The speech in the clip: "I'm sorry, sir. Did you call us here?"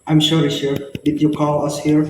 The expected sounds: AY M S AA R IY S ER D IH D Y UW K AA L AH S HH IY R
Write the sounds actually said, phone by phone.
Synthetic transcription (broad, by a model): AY M SH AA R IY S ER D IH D Y UW K AA L AH S HH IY R